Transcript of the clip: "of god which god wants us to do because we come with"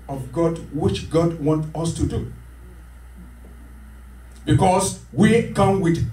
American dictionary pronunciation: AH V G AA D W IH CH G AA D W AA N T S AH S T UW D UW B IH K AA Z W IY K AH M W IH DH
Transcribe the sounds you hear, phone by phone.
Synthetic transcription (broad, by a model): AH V G AA D W IH CH G AA D W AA N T AH S T UW D UW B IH K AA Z W IY K AH M W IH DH